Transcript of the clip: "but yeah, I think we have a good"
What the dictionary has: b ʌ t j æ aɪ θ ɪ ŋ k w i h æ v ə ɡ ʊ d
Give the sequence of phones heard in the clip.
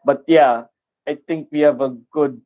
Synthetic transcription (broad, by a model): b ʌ t j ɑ aɪ t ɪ ŋ k w i h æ v ə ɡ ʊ d